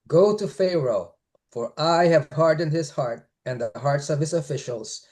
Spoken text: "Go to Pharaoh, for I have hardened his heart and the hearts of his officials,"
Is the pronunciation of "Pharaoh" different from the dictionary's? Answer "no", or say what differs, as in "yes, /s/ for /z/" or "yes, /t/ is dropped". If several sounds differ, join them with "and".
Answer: no